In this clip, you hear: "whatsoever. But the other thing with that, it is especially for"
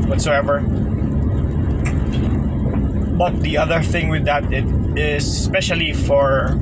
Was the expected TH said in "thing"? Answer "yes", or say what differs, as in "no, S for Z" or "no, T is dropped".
yes